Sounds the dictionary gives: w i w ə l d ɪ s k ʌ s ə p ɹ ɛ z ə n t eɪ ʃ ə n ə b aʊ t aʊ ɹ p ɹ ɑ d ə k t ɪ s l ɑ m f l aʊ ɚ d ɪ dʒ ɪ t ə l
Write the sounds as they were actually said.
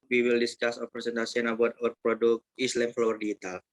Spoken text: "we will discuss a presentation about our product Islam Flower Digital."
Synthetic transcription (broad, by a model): w i w ə l d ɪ s k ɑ s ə p ɹ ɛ s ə n t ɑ s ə n ə b aʊ t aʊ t p ɹ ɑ d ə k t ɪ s l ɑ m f l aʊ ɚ d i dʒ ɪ t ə l